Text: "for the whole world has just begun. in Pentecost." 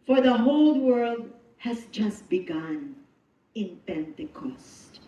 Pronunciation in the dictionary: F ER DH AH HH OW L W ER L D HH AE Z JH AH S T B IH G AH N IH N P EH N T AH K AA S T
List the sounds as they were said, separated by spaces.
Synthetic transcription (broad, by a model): F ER DH AH HH OW L W ER L D HH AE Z JH AH S T B IH G AH N IH N P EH N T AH K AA S T